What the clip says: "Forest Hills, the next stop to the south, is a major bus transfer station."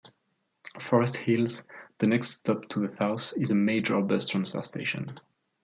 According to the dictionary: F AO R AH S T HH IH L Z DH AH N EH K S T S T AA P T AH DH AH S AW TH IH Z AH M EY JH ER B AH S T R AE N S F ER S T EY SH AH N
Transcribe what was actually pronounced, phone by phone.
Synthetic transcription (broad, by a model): F AO R AH S T HH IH L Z DH AH N EH K S T S T AA P T AH DH AH TH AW S IH Z AH M EY JH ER B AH S T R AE N S F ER S T EY SH AH N